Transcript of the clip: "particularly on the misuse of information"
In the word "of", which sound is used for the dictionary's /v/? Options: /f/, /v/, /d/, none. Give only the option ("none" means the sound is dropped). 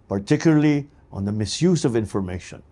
/v/